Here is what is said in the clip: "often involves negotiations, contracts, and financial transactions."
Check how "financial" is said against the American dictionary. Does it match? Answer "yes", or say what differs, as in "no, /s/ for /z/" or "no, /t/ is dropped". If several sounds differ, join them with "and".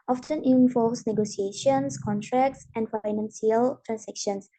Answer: no, /s/ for /ʃ/